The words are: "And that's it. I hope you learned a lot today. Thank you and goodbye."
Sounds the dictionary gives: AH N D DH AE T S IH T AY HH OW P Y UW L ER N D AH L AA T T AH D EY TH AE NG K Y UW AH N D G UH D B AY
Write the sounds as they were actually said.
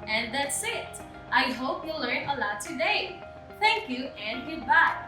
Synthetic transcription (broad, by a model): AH N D DH AE T S IH T AY HH OW P Y UW L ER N AH L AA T T AH D EY TH AE NG K Y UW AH N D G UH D B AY